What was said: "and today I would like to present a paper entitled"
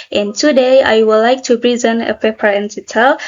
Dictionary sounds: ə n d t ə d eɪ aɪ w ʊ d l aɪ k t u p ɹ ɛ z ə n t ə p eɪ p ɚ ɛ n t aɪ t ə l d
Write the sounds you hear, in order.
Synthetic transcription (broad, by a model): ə n t ə d eɪ aɪ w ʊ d l aɪ k t u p ɹ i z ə n ə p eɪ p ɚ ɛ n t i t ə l